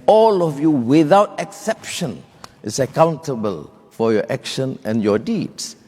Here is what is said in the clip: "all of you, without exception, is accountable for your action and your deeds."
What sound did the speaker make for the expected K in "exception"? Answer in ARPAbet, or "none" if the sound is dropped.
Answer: K